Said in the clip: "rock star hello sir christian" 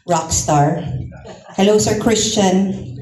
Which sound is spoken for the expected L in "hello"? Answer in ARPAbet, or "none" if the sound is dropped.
L